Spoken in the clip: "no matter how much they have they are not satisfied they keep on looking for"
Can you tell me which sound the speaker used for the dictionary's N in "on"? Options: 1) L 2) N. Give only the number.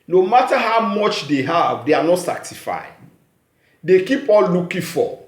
1